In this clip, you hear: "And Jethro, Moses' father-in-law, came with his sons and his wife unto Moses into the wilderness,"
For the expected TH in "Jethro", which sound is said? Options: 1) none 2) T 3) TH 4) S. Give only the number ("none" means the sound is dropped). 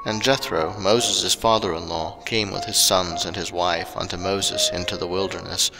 3